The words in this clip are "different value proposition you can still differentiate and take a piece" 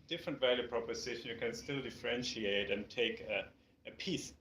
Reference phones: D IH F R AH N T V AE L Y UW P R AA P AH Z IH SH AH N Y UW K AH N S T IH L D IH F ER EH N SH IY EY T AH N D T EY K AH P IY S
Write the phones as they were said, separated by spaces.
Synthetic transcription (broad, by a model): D IH F R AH N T V AE L Y UW P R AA P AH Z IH SH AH N Y UW K AH N S T IH L D IH F ER EH N SH IY EY T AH N T EY K AH P IY S